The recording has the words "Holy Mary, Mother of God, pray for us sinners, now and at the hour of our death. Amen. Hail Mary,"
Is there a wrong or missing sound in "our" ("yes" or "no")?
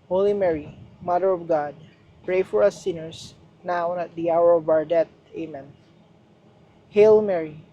no